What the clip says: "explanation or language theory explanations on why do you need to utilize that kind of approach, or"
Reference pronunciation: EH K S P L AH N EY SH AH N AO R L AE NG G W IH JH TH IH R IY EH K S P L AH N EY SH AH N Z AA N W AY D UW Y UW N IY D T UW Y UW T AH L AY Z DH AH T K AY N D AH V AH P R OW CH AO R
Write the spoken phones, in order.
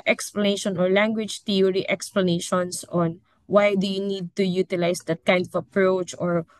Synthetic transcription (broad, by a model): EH K S P L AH N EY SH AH N AO R L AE NG G W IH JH T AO R IY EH K S P L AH N EY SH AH N S AA N W AY D UW Y UW N IY D T UW Y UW T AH L AY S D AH T K AY N D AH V AH P R OW CH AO R